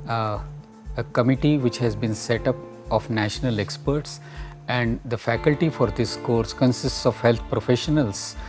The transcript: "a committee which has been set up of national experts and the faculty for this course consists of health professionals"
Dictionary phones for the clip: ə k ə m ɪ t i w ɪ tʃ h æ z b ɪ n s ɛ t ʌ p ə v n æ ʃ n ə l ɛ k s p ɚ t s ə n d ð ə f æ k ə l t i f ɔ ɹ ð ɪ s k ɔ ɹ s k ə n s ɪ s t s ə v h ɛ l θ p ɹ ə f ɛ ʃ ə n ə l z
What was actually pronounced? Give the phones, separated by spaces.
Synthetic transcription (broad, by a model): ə k ə m ɪ t i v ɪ tʃ h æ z b ɪ n s ɛ t ʌ p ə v n æ ʃ n ə l ɛ k s p ɚ t s ə n d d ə f æ k ə l t i f ɔ ɹ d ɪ s k ɔ ɹ s k ə n s ɪ s t s ə v h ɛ l t p ɹ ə f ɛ ʃ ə n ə l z